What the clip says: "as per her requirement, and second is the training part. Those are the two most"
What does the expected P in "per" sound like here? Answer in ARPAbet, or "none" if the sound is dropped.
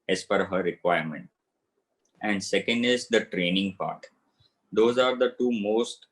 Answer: F